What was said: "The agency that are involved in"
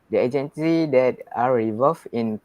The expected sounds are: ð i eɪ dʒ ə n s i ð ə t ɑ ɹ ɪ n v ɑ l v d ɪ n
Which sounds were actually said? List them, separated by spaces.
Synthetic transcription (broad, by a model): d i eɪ dʒ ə n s i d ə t ɑ ɹ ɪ v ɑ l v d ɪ n